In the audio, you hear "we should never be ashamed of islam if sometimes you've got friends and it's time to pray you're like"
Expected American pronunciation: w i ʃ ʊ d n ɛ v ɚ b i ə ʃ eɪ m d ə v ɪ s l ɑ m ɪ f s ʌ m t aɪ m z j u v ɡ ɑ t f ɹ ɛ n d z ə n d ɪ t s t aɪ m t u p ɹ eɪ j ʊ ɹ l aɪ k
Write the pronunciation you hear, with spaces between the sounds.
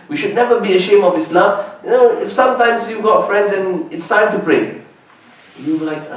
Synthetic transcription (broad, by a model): w i ʃ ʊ d n ɛ v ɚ b i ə ʃ eɪ m ə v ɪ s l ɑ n ɪ f s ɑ m t aɪ m s j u ɡ ɑ t f ɹ ɛ n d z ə n ɪ t s t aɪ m t u p ɹ eɪ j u w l aɪ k